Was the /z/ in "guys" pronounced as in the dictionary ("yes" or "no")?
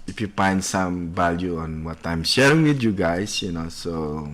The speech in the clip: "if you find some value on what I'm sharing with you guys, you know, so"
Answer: no